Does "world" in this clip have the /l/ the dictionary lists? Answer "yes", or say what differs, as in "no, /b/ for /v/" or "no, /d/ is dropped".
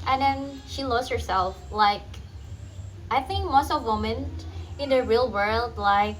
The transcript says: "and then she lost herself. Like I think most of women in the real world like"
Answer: yes